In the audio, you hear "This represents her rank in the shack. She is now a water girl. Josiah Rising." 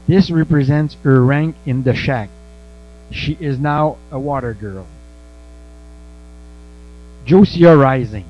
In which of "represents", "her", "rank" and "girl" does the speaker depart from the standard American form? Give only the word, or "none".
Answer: none